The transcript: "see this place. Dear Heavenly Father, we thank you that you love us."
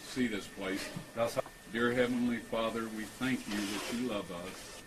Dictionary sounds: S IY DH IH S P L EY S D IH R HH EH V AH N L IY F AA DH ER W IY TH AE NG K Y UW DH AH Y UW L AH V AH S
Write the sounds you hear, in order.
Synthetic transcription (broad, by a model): S IY DH IH S P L EY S D IH R HH EH V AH N L IY F AA DH ER W IY TH AE NG K Y UW DH AH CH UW L AH V AH S